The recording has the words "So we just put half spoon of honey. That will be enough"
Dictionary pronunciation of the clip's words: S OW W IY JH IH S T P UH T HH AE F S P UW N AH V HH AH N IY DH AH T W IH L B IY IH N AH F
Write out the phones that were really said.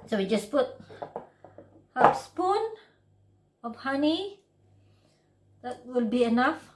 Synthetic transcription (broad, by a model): S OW W IY JH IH S P UH T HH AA P S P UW N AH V HH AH N IY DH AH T W IH L B IY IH N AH F